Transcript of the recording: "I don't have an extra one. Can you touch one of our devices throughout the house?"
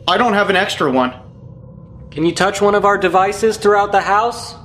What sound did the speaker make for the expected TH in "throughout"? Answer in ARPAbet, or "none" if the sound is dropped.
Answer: TH